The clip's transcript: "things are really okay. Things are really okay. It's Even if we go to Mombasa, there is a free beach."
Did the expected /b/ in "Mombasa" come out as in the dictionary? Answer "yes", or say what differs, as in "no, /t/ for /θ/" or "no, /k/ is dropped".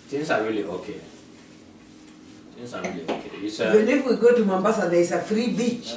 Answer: yes